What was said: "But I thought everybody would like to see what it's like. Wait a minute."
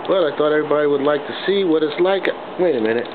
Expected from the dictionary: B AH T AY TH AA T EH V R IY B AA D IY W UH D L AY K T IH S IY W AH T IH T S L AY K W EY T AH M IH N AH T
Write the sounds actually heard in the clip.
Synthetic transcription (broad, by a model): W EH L AY TH AA T EH V R IY B AA D IY W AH D L AY K T IH S IY W AH T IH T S L AY K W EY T AH M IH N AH T